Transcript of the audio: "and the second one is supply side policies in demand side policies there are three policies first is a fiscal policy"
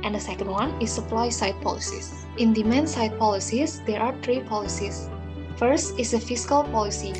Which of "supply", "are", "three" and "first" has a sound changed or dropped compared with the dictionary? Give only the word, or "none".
three